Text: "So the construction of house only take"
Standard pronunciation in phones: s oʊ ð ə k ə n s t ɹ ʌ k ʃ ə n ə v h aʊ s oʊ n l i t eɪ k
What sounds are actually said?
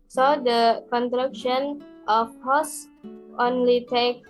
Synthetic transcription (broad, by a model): s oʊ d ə k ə n t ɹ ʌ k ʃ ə n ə f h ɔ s oʊ n l i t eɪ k